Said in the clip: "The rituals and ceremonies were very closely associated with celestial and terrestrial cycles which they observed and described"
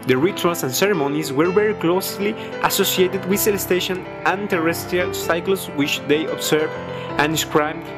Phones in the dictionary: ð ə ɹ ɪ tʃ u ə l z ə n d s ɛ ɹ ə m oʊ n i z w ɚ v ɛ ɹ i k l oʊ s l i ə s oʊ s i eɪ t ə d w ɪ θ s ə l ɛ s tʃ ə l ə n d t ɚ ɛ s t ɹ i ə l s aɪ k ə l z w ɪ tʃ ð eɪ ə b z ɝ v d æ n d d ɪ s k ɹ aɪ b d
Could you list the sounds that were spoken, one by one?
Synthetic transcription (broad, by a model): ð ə ɹ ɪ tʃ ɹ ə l s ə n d s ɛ ɹ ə m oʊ n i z w ɚ v ɛ ɹ i k l oʊ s l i ə s oʊ s i eɪ t ə d w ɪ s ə l s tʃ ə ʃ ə n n t ɚ ɛ s t ɹ i ə l s aɪ k l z w ɪ tʃ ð eɪ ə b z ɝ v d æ n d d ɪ s k ɹ aɪ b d